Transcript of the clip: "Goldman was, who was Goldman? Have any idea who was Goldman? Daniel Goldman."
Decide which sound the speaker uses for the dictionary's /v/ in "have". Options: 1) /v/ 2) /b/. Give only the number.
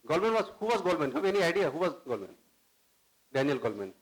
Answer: 2